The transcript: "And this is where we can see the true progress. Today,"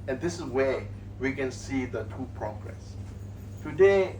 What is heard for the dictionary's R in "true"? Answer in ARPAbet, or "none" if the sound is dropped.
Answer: none